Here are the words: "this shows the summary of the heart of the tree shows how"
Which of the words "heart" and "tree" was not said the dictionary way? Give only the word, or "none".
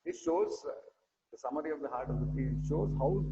tree